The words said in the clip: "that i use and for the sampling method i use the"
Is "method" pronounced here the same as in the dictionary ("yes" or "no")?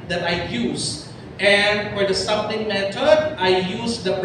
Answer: no